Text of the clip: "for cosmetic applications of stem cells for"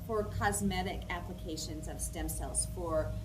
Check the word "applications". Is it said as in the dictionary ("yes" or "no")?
yes